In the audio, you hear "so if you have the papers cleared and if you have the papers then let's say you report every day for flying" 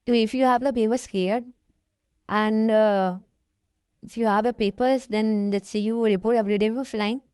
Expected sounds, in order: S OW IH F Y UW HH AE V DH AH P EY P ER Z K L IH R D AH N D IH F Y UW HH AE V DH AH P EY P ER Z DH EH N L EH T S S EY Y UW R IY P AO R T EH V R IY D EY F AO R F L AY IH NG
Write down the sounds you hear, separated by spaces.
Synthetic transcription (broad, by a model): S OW IH F Y UW HH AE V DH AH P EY B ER S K EH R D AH N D IH F Y UW HH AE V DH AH P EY P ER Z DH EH N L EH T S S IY Y UW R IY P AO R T EH V R IY D EY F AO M F L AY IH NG